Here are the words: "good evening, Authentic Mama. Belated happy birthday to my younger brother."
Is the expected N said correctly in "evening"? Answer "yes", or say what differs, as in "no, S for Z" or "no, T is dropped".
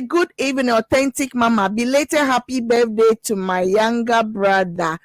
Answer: no, N is dropped